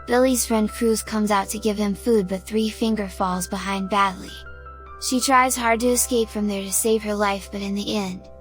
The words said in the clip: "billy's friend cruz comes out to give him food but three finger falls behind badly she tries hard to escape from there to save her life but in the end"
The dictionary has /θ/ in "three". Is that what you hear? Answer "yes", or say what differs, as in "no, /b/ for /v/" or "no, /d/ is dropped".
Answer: yes